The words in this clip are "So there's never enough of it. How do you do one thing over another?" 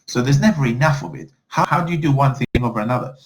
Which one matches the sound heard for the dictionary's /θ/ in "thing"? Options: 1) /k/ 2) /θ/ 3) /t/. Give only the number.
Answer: 2